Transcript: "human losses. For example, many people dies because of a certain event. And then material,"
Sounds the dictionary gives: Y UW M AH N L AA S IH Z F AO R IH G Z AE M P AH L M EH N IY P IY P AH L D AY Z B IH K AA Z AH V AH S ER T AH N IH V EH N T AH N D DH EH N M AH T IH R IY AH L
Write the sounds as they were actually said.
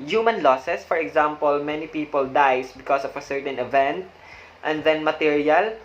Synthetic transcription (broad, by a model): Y UW M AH N L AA S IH S F AO R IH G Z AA M P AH L M EH N IY P IY P AH L D AY S B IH K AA S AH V AH S ER T AH N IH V EH N T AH N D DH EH N M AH T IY R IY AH L